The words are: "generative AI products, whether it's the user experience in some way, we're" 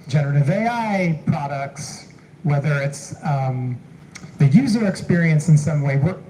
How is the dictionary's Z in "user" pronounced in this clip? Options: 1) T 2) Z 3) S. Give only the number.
2